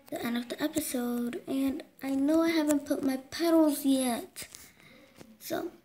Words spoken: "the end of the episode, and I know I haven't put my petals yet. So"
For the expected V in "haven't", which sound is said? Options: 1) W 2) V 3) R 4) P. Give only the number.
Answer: 2